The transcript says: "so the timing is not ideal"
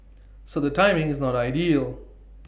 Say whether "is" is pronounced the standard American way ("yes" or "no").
yes